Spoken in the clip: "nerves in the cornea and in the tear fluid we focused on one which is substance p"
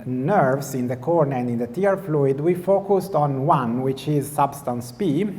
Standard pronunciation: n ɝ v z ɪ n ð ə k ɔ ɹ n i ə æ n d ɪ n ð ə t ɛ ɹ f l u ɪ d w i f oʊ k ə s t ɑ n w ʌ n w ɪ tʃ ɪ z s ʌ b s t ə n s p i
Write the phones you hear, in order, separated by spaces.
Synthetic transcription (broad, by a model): n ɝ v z ɪ n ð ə k ɔ ɹ n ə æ n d ɪ n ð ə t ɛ ɹ f l u ɪ d w i f oʊ k ə s t ɑ n w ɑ n w ɪ tʃ ɪ z s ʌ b s t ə n s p i